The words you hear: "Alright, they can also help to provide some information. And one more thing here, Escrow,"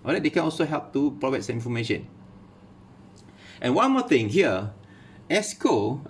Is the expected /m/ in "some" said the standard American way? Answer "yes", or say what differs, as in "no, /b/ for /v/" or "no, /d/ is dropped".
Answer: no, /m/ is dropped